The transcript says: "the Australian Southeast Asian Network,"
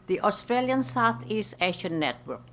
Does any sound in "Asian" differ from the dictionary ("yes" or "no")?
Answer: yes